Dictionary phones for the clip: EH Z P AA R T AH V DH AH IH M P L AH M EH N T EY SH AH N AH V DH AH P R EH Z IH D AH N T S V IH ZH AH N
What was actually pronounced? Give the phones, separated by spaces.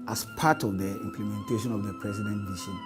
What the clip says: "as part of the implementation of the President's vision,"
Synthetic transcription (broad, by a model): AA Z P AA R T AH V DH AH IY M P L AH M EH N T EY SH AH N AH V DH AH P R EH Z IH D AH N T V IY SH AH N